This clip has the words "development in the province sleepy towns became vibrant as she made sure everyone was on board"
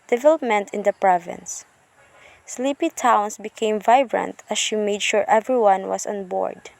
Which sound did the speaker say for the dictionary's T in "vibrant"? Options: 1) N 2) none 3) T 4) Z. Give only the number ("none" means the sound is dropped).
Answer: 3